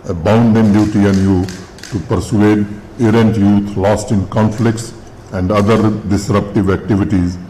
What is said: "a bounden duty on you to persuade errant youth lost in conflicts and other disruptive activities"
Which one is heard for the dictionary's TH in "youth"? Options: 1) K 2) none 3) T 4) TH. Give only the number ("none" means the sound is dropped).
3